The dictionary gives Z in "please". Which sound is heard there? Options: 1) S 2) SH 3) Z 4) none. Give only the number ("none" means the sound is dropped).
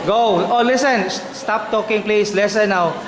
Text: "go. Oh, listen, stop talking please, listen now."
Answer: 1